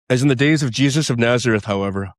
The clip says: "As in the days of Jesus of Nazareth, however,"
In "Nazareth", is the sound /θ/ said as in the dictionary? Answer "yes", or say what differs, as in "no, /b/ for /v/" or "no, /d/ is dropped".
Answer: yes